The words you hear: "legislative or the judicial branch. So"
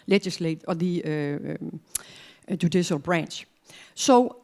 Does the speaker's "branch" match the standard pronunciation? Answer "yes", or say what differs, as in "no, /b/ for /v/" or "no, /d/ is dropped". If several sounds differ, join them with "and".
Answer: yes